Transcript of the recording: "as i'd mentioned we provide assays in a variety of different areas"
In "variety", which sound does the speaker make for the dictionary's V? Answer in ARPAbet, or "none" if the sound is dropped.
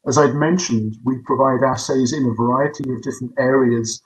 V